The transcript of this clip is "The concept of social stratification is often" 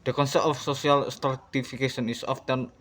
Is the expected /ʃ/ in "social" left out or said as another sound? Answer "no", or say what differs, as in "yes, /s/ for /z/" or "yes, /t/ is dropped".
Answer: yes, /s/ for /ʃ/